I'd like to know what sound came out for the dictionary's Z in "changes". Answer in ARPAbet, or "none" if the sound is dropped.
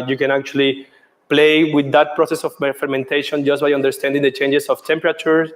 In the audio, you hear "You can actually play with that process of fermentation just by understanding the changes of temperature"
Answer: S